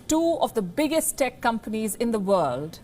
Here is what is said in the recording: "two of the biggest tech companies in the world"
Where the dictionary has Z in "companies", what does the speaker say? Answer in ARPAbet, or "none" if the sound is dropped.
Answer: Z